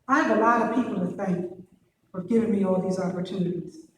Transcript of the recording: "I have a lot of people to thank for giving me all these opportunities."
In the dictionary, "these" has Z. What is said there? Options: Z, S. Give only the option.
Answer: Z